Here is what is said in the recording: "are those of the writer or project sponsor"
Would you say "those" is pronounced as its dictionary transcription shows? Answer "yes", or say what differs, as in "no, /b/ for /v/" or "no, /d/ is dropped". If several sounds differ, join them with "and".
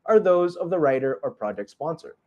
yes